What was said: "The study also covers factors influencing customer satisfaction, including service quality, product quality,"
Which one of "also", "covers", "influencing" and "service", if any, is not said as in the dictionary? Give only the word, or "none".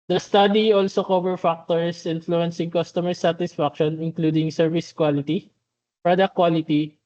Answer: covers